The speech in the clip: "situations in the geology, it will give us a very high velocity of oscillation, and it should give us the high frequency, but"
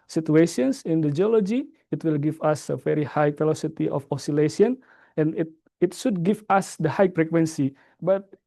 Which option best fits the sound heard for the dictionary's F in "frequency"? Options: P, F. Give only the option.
P